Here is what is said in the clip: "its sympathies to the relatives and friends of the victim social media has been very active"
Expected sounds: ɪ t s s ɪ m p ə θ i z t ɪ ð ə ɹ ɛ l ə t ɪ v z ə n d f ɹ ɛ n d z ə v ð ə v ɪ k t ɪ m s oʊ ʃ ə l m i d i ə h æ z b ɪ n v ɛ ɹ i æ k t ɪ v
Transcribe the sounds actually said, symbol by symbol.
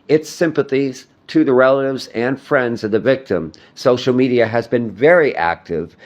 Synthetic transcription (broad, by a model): ɪ t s s ɪ m p ə θ i z t ɪ ð ə ɹ ɛ l ə t ɪ v z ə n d f ɹ ɛ n d z ə v ð ə v ɪ k t ɪ m s oʊ ʃ l m i d i ə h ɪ z b ɪ n v ɛ ɹ i æ k t ɪ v